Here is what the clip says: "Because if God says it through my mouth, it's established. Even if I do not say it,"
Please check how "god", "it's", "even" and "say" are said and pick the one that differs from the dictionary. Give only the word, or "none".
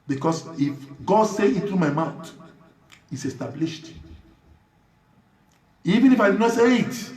none